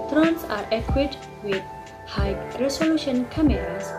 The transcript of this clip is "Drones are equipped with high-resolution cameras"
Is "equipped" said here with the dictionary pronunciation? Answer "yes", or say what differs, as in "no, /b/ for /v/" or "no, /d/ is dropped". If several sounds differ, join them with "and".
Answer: no, /p/ is dropped